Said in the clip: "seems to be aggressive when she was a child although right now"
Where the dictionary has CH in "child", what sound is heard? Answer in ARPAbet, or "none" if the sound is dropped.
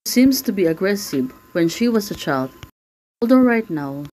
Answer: CH